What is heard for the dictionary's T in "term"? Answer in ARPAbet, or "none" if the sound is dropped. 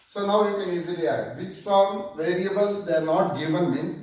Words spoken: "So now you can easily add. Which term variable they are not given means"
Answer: S